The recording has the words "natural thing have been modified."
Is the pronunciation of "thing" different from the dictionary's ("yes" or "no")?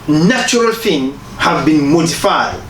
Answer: yes